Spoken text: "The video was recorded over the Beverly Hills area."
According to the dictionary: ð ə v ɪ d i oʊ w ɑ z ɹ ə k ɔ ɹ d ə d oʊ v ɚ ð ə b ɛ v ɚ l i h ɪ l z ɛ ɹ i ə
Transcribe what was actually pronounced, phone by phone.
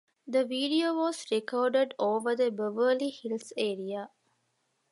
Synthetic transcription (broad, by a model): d ə v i d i oʊ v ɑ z ɹ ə k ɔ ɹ d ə d oʊ v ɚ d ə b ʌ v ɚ l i h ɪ l ɛ ɹ i ə